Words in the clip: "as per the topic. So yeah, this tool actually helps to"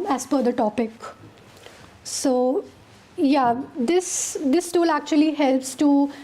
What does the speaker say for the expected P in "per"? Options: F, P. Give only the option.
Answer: F